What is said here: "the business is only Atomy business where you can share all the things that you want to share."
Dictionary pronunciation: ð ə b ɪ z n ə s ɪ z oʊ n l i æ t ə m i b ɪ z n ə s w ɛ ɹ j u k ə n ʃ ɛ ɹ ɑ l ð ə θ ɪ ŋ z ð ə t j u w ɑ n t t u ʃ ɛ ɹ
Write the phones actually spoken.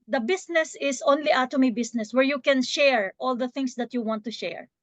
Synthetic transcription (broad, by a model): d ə b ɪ s n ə s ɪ s oʊ n l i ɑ t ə m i b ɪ s n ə s w ɛ ɹ j u k ə n ʃ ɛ ɹ ɑ l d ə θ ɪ ŋ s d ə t j u w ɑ n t t u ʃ ɛ ɹ